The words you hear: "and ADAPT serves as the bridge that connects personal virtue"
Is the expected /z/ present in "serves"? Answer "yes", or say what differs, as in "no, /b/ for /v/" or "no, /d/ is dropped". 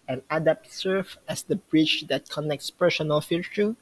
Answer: no, /z/ is dropped